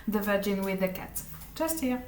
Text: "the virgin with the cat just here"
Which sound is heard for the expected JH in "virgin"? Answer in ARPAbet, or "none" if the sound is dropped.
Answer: JH